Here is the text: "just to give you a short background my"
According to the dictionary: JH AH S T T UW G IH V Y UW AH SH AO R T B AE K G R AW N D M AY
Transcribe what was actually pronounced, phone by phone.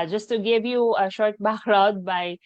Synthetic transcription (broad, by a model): JH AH S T T UW G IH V Y UW AH SH AO R T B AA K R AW D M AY